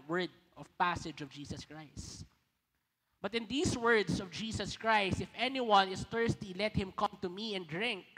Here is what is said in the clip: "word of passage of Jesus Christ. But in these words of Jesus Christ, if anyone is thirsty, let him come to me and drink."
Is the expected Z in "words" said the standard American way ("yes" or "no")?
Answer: no